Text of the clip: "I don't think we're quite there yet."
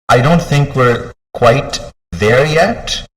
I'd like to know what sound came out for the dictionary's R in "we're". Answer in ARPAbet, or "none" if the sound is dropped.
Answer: R